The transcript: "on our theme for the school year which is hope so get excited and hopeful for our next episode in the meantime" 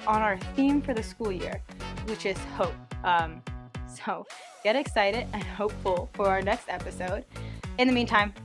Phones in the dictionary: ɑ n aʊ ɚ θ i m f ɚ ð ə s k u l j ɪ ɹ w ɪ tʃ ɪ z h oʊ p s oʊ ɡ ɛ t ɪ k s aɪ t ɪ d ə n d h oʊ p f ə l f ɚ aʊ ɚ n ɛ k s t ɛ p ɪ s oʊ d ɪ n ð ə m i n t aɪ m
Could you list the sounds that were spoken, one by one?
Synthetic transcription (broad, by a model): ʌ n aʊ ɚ θ i m f ɚ ð ə s k u l j ɪ ɹ w ɪ tʃ ɪ z h oʊ p s oʊ ɡ ɛ t ɪ k s aɪ t ɪ d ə n h oʊ p f l f ɚ aʊ ɚ n ɛ k s t ɛ p ɪ s oʊ d ɪ n ð ə m i n t aɪ m